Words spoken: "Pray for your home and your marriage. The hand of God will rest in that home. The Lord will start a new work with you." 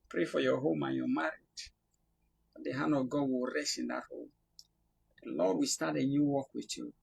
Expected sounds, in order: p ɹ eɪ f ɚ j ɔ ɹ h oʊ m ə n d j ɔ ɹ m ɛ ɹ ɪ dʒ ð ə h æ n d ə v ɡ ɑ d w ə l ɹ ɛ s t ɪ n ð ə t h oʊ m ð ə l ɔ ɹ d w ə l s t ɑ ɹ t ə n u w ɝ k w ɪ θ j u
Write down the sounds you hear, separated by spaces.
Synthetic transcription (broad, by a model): p ɹ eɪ f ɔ j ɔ h oʊ m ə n j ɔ m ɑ ɹ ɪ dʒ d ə h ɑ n ə ɡ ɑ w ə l ɹ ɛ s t ɪ n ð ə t h oʊ m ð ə l ɔ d w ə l s t ɑ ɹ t ə n u w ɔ k w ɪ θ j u